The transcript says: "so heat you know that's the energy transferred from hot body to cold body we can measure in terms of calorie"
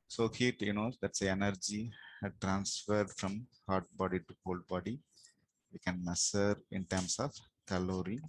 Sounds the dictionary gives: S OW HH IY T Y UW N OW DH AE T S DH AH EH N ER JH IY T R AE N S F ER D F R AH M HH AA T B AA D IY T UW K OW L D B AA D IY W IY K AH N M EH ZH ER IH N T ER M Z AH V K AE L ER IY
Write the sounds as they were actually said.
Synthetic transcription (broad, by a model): S OW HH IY T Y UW N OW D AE T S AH EH N ER JH IY T R AE N S F ER D F R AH M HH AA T B AA D IY T UW K OW L D B AA D IY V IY K AH N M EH S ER IH N T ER M S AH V K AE L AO IY